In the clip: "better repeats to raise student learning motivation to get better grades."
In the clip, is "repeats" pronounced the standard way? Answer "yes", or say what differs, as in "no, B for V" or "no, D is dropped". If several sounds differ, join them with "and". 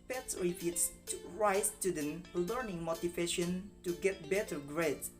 no, F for P